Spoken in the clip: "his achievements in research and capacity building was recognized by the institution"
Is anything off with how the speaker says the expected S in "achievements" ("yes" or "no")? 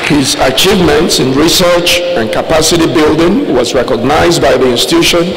no